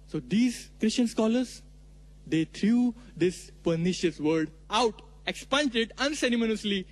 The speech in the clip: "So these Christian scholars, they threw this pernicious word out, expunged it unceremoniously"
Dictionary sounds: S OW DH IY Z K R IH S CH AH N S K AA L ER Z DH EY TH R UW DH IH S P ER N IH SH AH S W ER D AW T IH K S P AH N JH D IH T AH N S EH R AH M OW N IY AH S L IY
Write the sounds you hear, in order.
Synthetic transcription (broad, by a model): S OW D IY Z K R IH S CH AH N S K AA L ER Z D EY T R UW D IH S P ER N IH SH AH S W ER D AW T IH K S P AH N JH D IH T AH N S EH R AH M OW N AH S L IY